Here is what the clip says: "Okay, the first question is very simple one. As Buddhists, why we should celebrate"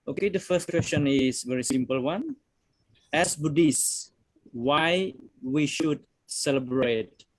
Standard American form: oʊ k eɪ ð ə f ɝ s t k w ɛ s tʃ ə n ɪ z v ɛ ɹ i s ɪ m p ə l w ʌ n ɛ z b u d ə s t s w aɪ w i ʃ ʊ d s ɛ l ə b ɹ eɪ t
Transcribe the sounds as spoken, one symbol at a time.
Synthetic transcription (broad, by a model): oʊ k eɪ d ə f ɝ s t k w ɛ s tʃ ə n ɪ s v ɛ ɹ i s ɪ m p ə l w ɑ n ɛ s b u d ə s s w aɪ w i ʃ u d s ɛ l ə b ɹ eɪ t